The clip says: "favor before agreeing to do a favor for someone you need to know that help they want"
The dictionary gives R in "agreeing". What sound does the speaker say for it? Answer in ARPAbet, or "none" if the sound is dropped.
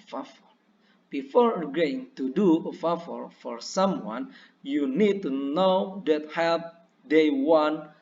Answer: none